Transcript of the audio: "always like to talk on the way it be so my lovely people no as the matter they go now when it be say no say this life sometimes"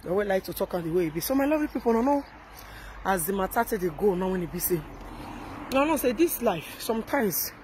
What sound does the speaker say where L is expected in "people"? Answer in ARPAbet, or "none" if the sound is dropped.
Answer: N